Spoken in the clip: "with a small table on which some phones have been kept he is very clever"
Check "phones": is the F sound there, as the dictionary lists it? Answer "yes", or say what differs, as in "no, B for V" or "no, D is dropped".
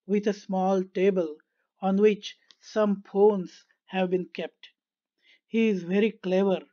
no, P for F